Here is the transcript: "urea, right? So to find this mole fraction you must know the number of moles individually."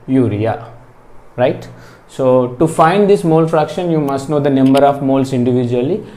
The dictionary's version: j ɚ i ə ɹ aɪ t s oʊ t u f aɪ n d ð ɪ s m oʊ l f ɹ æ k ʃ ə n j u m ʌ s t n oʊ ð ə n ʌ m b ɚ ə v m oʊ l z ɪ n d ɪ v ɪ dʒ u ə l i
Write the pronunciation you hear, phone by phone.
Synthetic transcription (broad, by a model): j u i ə ɹ aɪ t s oʊ t u f aɪ n d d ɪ s m oʊ l f ɹ æ k ʃ ə n j u m ʌ s t n oʊ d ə n ʌ m b ɚ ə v m oʊ l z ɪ n d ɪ v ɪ dʒ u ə l i